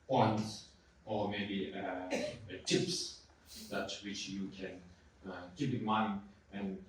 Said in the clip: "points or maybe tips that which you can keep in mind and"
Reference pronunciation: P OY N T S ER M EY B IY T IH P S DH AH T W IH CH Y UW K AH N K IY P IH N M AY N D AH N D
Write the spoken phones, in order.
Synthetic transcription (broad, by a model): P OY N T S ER M EY B IY T IH P S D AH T W IH CH Y UW K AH N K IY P IH N M AY N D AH N